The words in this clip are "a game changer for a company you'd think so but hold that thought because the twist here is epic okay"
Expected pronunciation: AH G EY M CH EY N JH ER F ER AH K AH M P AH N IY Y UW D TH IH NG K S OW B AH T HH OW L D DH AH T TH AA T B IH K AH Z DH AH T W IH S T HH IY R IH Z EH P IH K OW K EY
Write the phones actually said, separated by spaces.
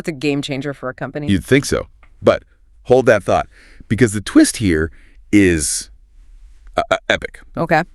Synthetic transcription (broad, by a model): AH G EY M CH EY N JH ER F ER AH K AH M P AH N IY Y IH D TH IH NG K S OW B AH T HH OW L D DH AH T TH AA T B IH K AH Z DH AH T W IH S T HH IY R IH Z EH P IH K OW K EY